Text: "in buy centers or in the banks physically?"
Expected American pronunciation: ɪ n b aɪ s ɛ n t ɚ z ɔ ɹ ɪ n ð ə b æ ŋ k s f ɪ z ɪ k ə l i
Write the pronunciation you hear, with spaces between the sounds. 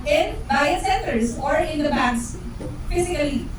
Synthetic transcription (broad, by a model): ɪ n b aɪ s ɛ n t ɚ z ɔ ɹ ɪ n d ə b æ k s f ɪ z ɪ k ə l i